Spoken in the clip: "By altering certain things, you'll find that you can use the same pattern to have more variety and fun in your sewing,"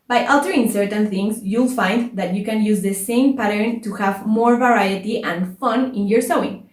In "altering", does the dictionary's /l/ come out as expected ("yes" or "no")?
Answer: no